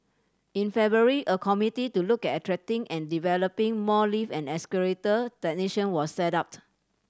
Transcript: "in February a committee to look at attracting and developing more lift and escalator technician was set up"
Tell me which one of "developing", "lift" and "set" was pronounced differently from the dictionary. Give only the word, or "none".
lift